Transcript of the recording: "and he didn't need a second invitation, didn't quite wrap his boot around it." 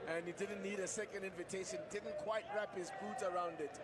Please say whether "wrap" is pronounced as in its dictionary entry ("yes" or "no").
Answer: yes